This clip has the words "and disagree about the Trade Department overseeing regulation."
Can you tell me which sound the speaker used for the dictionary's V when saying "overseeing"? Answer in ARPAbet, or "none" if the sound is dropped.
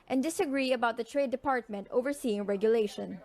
V